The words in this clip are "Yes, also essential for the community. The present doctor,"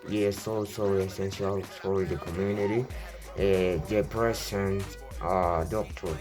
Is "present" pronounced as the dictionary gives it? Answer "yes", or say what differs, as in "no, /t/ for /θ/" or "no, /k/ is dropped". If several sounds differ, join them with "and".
no, /s/ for /z/